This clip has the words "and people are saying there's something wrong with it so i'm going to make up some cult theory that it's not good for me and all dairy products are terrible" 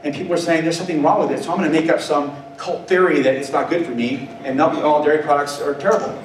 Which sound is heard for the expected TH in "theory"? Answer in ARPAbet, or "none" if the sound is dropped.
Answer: TH